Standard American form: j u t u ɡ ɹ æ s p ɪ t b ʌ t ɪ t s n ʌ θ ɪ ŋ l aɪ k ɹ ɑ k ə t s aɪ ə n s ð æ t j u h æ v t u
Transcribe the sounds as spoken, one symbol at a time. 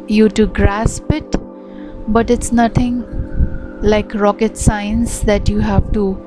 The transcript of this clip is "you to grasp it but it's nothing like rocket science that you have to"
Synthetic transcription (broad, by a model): j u t u ɡ ɹ æ s p ɪ t b ʌ t ɪ t s n ʌ t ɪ ŋ l aɪ k ɹ ɑ k ə t s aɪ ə n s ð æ t j u h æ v t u